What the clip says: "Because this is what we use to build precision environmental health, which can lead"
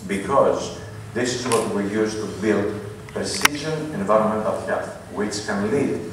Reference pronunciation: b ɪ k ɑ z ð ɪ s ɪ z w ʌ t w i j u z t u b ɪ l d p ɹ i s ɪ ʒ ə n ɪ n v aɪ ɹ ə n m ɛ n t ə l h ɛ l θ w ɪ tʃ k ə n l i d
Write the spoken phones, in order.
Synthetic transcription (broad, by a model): b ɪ k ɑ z ð ɪ s ɪ z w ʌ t w i j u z t u b ɪ l d p ɹ i s ɪ ʒ ə n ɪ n v aɪ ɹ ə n m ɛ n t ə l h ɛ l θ w ɪ tʃ k ə n l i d